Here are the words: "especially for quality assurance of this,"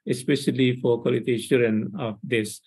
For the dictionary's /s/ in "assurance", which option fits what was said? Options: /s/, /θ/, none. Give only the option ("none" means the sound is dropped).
none